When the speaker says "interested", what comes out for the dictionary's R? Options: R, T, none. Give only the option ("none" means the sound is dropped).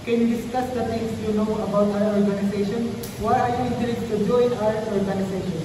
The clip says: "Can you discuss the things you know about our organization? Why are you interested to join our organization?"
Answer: none